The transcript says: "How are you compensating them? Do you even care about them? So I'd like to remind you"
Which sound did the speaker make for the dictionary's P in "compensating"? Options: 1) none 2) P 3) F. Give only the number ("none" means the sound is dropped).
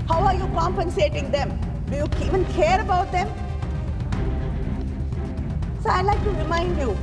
2